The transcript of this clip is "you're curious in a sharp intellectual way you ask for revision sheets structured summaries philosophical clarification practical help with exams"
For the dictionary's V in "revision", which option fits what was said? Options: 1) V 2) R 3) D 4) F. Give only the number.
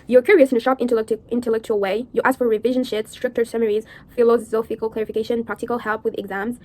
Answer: 1